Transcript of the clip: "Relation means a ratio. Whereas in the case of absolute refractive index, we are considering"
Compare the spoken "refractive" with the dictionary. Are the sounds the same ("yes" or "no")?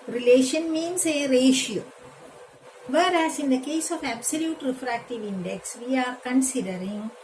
yes